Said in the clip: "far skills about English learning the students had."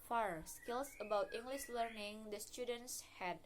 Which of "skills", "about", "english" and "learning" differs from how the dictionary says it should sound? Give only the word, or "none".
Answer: skills